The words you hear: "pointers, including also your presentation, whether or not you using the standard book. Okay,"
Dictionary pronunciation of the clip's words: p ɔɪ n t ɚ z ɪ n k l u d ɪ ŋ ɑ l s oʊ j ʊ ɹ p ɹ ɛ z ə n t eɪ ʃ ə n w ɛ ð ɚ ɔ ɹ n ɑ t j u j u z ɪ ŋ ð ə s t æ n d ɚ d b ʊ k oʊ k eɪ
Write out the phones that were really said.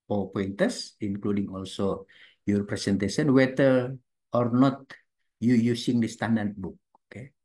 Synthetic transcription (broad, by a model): p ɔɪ n t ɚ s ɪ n k l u d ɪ ŋ ɑ l s oʊ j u ɹ p ɹ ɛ s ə n t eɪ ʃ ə n w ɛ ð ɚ ɔ ɹ n ɑ t j u j u s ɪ ŋ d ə s t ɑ n d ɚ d b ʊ k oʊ k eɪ